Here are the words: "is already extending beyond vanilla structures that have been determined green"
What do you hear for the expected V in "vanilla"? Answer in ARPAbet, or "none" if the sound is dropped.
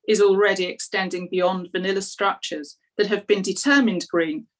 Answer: V